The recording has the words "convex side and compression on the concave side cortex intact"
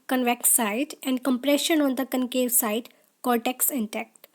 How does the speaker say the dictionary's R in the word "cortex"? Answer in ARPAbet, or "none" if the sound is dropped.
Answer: L